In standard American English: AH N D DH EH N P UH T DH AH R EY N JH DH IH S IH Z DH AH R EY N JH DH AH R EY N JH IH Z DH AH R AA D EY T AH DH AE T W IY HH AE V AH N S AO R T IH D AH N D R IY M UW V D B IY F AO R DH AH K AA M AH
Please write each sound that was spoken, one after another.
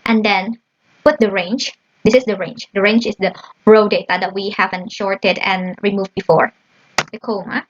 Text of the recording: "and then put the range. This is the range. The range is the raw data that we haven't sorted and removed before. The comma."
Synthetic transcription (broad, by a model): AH N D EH N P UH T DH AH R EY N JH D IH S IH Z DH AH R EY N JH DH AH R EY N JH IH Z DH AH R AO D EY T AH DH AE T W IY HH AE V AH N SH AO R T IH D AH N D R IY M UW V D B IY F AO R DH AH K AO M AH